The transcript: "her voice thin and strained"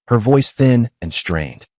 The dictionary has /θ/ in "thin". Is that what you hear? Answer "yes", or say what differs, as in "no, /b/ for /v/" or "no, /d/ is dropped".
yes